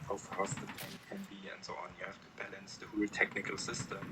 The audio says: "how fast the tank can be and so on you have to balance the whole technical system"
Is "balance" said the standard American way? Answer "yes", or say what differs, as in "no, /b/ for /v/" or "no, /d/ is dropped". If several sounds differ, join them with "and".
yes